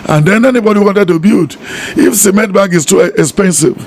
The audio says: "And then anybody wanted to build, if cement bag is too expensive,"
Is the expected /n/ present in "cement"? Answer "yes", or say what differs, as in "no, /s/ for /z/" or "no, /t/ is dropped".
no, /n/ is dropped